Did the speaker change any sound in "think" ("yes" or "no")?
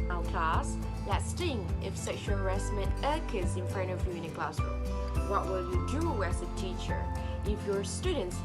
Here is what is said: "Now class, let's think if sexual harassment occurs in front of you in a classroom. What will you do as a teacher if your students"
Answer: yes